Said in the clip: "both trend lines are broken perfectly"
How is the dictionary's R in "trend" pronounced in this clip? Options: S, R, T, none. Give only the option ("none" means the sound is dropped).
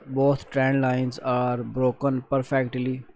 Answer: R